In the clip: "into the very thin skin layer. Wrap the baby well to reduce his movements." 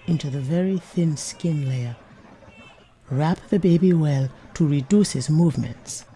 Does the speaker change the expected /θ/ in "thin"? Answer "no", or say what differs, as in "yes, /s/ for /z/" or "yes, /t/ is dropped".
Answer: no